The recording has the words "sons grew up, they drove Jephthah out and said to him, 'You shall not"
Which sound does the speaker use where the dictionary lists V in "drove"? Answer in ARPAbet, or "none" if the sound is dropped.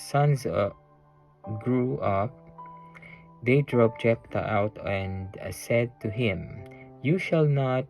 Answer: P